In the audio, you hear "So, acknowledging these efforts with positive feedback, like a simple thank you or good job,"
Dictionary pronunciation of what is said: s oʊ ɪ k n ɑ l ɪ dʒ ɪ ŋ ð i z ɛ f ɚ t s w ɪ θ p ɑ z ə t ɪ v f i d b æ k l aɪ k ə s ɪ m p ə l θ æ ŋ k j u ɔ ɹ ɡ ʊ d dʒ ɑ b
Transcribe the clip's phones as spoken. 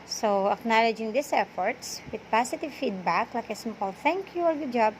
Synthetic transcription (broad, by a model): s oʊ ɪ k n ɑ l ɪ dʒ ɪ ŋ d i s ɛ f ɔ t s w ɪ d p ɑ s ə t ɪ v f i d b æ k l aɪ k ə s ɪ m p ə l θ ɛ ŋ k j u ɔ ɹ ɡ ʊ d dʒ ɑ b